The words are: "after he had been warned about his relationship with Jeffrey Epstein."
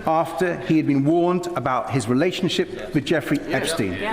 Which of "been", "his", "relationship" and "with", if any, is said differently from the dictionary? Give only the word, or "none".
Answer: none